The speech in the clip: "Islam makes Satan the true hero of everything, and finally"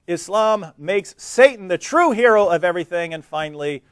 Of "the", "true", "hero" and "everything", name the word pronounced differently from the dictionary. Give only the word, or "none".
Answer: none